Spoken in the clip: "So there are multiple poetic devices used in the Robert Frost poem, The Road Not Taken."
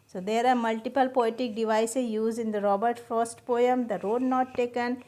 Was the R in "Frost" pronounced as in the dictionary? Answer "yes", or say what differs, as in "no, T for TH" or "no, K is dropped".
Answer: no, R is dropped